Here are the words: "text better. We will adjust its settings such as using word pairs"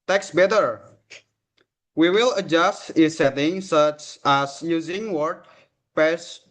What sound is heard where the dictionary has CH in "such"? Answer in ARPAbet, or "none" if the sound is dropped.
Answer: CH